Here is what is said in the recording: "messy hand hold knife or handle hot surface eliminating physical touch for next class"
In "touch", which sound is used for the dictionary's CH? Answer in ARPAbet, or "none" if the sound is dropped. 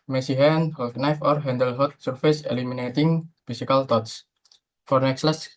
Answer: S